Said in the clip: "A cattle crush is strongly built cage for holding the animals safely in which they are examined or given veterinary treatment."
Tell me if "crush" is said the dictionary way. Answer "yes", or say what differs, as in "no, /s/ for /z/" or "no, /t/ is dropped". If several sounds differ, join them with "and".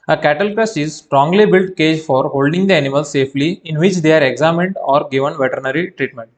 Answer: no, /s/ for /ʃ/